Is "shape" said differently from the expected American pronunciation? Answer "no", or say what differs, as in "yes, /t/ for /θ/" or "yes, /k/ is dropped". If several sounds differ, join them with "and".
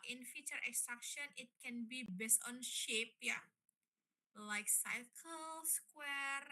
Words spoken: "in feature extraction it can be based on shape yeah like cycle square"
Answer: no